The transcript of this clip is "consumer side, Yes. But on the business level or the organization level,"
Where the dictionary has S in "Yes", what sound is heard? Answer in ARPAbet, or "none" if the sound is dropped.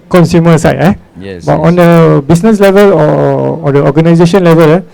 none